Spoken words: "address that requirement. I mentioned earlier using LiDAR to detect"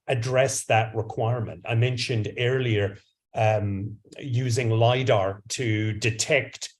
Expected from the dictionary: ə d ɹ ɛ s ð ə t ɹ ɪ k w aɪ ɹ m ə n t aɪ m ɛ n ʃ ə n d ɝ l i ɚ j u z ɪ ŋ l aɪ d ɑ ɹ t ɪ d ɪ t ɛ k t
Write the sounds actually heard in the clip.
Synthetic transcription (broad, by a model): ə d ɹ ɛ s ð ə t ɹ ɪ k w aɪ ɹ m ə n t aɪ m ɛ n ʃ ə n d ɝ l i ɚ j u z ɪ ŋ l aɪ d ɑ ɹ t ɪ d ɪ t ɛ k t